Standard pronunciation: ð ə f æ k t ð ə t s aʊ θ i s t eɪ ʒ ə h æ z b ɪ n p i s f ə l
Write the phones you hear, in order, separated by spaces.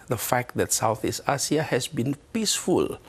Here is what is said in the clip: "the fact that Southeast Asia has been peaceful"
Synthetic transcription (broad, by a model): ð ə f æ k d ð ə t s aʊ θ i s t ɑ s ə h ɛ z b ɪ n p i s f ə l